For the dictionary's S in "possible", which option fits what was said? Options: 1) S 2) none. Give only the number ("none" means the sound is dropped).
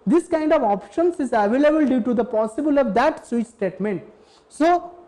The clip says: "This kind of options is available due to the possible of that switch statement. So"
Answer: 1